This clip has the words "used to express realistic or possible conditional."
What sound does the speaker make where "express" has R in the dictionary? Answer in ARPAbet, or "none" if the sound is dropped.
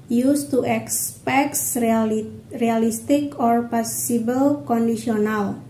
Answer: none